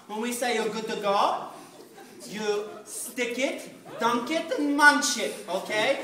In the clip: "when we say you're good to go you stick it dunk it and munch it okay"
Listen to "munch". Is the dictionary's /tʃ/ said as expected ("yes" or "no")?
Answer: no